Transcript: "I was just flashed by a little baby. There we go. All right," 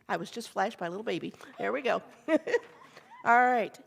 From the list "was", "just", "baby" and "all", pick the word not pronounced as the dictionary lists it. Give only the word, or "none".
none